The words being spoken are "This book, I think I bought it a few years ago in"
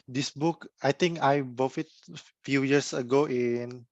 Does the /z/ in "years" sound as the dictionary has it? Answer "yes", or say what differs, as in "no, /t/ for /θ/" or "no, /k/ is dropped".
no, /s/ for /z/